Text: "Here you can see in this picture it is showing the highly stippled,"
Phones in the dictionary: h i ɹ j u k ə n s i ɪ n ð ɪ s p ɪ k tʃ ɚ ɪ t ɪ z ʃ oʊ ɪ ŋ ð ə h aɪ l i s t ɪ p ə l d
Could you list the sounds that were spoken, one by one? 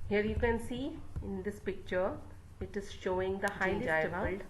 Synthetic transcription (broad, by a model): h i ɹ j u k ə n s i ɪ n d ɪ s p ɪ k tʃ ɚ ɪ t ɪ z ʃ oʊ ɪ ŋ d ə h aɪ i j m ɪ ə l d